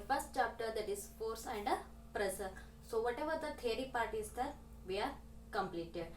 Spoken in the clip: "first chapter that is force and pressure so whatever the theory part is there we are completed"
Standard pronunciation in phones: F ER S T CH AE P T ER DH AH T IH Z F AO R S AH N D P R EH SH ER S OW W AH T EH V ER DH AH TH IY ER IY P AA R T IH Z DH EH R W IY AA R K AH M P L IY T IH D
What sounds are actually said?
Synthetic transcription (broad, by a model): F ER S T CH AE P T ER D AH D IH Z F AO R S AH N D P R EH S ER S OW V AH T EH V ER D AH T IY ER IY P AA R T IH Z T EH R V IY AA R K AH M P L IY T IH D